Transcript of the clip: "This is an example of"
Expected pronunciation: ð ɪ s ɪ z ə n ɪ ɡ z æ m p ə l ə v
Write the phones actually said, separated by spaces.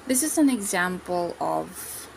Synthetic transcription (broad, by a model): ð ɪ s ɪ z ə n ɪ ɡ z æ m p ə l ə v